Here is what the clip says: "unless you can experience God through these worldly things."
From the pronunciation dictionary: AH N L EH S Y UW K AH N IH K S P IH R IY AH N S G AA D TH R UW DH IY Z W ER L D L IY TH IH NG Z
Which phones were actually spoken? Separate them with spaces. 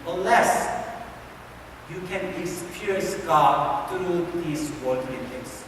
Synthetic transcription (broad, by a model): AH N L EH S Y UW K AH N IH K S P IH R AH S G AA D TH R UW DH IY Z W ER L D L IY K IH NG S